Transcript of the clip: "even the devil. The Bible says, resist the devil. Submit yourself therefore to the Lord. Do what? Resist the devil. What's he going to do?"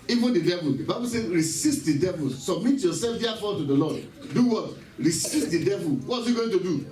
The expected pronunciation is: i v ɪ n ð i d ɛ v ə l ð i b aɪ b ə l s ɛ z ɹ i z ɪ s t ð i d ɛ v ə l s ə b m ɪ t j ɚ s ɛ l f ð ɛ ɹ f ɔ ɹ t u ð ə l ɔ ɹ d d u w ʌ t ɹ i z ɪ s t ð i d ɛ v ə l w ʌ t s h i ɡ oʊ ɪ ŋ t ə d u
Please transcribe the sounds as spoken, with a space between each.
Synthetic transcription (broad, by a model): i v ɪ n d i d ɛ v ə l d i b aɪ b ə l s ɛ ɹ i s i s t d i d ɛ v ə l s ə b m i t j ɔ s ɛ l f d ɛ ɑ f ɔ t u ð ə l ɔ d d u w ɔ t ɹ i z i s t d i d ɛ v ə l w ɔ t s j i ɡ oʊ ɪ ŋ t ə d u